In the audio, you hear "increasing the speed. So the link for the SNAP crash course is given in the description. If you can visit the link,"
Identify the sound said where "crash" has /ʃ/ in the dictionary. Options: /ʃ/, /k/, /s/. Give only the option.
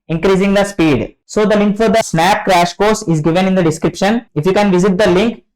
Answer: /ʃ/